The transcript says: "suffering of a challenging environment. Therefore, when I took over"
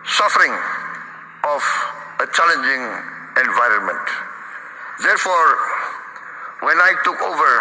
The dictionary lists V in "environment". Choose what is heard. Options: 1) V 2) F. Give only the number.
1